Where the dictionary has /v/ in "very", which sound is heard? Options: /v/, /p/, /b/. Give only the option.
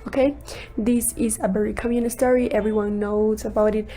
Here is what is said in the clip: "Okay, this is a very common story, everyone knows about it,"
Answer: /b/